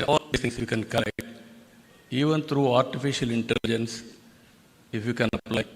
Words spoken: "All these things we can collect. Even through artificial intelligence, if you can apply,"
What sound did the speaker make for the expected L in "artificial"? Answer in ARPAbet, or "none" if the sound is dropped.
L